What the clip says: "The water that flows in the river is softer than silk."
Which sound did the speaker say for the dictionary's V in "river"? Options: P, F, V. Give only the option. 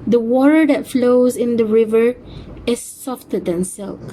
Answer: V